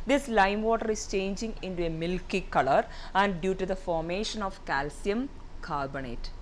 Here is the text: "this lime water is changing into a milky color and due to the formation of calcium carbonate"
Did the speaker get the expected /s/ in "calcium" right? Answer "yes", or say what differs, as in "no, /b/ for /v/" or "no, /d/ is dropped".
yes